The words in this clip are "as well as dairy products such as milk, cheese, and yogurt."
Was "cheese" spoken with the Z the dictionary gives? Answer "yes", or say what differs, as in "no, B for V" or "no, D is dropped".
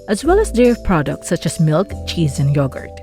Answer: yes